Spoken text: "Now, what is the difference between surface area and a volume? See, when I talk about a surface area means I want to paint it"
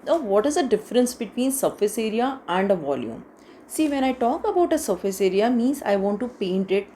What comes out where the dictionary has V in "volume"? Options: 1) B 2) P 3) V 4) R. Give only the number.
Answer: 3